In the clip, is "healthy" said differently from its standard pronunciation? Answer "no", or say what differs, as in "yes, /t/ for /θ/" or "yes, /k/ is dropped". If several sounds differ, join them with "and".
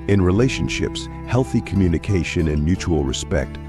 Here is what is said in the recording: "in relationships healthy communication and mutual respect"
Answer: no